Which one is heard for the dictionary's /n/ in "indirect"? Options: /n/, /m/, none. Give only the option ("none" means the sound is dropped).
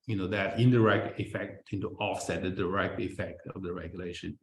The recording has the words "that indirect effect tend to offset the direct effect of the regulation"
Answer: /n/